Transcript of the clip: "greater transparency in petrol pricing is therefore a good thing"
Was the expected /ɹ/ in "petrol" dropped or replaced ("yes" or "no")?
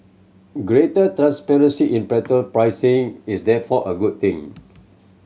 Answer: yes